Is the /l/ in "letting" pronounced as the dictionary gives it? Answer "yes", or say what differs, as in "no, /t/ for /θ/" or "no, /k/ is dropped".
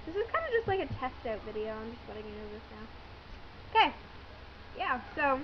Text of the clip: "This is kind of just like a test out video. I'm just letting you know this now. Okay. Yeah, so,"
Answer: no, /w/ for /l/